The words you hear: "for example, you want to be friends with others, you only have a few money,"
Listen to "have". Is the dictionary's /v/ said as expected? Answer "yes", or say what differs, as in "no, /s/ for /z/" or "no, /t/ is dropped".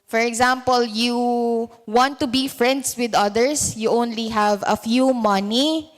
yes